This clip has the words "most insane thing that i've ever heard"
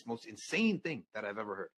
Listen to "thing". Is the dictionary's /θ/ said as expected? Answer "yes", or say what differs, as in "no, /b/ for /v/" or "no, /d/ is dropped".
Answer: yes